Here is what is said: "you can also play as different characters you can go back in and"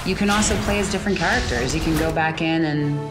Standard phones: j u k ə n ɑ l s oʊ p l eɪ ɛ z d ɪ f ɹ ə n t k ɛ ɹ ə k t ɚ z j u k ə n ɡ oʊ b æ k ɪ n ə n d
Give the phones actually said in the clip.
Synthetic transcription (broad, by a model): j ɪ k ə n ɑ l s oʊ p l eɪ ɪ z d ɪ f ɹ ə n k ɛ ɹ ə k t ɚ z j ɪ k ə n ɡ oʊ b æ k ɪ n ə n